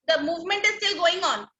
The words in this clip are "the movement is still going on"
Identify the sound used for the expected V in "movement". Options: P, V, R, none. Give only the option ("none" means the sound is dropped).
V